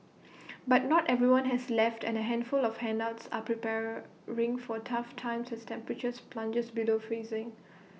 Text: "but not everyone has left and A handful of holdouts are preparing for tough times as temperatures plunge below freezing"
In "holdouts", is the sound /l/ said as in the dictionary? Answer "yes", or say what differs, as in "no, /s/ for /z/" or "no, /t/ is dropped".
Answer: no, /n/ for /l/